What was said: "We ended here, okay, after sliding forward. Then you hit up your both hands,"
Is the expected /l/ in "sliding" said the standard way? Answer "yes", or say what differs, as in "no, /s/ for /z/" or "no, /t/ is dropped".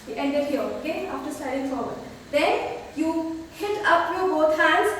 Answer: no, /l/ is dropped